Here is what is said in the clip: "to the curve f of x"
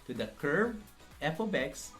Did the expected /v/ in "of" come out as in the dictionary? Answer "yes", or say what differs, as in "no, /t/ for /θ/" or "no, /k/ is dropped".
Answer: no, /b/ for /v/